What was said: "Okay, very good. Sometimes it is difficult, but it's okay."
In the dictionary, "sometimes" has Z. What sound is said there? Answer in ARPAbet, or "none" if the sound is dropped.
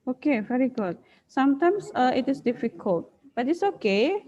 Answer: S